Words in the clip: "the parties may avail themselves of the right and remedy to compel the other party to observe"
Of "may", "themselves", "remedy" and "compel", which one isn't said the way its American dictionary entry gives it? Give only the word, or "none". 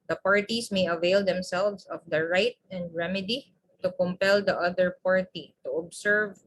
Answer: themselves